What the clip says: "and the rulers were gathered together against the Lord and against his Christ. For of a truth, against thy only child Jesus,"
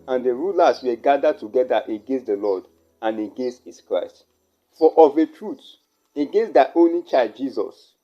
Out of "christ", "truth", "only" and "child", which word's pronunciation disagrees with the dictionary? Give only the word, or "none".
truth